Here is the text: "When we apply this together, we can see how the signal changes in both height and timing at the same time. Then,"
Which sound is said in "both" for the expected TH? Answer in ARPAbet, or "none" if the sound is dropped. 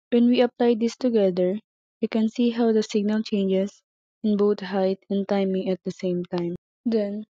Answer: T